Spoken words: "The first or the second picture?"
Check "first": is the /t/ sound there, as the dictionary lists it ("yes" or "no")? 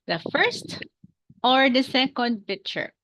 yes